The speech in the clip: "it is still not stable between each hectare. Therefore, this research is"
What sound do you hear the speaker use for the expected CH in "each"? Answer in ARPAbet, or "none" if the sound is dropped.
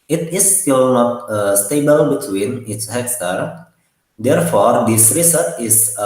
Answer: S